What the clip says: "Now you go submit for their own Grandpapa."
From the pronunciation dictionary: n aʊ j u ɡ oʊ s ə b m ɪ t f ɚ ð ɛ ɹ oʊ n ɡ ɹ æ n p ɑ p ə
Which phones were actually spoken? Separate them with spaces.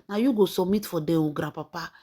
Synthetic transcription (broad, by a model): n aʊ j u ɡ oʊ s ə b m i t f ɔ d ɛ w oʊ ɡ ɹ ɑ p ɑ p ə